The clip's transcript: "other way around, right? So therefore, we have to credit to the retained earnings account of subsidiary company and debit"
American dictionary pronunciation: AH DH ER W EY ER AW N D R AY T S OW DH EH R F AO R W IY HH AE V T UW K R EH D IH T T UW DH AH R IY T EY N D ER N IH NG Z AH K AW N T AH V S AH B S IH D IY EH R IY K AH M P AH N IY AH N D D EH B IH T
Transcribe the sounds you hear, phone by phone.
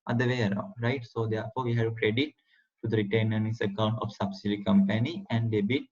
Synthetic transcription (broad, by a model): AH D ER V EY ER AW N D R AY T S OW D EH R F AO R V IY HH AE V T UW K R EH D IH T T UW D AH R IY T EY N ER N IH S AH K AW N T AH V S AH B S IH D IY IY K AH M P AH N IY AH N D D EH B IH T